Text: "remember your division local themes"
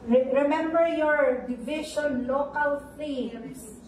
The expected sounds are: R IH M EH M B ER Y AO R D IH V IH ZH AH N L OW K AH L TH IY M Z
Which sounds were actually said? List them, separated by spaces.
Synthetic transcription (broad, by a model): R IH M EH M B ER Y AO R D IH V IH SH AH N L OW K AH L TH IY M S